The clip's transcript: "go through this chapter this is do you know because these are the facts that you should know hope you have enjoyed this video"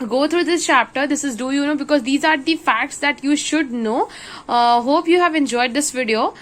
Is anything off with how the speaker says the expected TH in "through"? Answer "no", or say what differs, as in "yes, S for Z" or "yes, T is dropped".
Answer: yes, T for TH